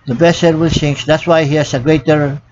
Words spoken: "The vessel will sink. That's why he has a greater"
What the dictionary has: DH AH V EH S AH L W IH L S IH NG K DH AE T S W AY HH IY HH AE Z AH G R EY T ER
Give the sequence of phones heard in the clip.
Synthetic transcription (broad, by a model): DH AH B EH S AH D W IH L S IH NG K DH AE T S W AY HH IY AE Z AH G R EY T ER